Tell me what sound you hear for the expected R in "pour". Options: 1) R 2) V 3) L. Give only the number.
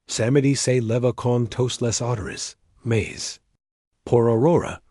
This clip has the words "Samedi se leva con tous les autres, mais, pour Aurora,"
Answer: 1